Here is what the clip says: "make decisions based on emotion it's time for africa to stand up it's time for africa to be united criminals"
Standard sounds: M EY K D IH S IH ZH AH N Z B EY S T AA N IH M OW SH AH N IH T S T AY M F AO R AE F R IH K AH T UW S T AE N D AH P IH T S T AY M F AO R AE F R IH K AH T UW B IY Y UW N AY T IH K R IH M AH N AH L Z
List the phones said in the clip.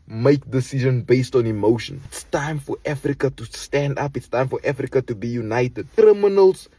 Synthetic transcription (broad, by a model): M EY K D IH S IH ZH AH N B EY S T AA N IH M OW SH AH N IH T S T AY M F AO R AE F R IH K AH T UW S T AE N D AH P IH T S T AY M F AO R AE F R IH K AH T UW B IY Y UW N AY T IH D R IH M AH N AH L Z